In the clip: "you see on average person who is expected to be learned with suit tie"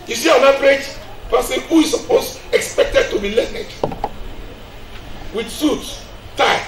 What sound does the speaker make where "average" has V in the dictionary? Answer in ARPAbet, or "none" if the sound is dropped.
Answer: P